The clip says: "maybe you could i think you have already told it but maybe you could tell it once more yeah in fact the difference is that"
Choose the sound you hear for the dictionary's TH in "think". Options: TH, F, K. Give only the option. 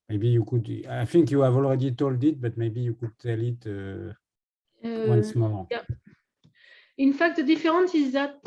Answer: F